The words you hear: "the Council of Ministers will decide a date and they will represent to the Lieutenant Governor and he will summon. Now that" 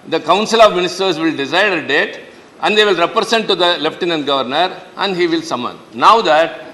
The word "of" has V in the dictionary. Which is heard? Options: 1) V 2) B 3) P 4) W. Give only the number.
1